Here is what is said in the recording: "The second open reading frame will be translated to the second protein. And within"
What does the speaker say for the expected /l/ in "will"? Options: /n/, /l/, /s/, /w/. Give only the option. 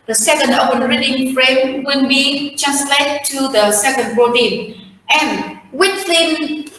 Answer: /n/